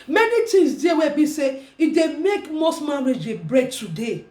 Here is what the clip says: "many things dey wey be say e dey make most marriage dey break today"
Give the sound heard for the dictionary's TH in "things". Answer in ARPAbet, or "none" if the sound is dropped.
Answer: T